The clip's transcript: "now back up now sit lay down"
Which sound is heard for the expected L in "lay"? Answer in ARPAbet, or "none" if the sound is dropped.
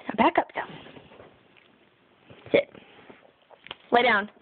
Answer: L